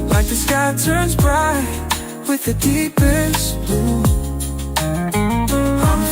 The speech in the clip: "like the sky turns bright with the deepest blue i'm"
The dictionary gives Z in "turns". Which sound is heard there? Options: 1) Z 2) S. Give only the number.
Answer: 1